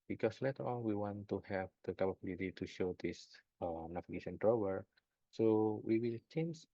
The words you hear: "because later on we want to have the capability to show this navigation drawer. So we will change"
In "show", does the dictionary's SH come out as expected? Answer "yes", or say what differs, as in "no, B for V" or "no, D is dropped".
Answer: yes